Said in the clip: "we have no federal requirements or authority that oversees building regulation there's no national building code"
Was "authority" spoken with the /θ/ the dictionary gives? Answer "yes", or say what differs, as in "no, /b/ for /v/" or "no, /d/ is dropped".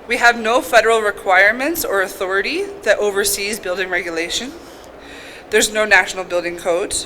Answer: yes